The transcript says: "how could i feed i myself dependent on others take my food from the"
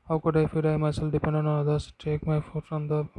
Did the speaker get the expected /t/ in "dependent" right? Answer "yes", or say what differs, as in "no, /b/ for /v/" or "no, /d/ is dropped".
no, /t/ is dropped